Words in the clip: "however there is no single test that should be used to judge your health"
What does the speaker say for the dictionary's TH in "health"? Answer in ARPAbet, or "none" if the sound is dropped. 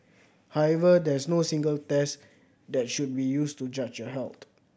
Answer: T